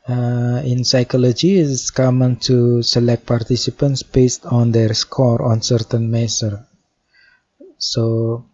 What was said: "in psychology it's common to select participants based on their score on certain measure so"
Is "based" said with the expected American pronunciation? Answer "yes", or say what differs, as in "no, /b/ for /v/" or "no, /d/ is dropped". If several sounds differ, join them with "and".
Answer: yes